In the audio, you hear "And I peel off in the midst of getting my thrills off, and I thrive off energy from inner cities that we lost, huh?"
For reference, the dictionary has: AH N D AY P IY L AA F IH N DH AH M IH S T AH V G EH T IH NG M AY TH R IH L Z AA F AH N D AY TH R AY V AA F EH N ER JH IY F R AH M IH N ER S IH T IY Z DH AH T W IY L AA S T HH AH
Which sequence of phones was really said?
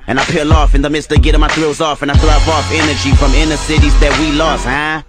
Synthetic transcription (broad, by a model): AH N AY P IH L AA F IH N DH AH M IH S T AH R G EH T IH M AY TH R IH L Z AA F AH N AY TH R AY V AA F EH N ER JH IY F R AH M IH N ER S IH T IY Z DH AH T W IY L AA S HH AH